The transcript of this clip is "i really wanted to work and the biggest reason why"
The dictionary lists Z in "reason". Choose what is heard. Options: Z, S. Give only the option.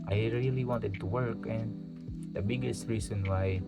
S